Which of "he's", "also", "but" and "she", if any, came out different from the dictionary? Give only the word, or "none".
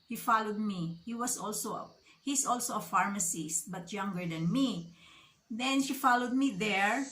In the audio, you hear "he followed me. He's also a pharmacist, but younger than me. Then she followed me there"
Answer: he's